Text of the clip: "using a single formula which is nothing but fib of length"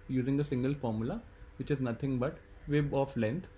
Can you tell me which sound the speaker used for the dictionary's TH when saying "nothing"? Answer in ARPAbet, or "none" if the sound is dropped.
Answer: T